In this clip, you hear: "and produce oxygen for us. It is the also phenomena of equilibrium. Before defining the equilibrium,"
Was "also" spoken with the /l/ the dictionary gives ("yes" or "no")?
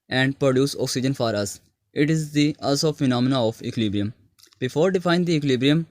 no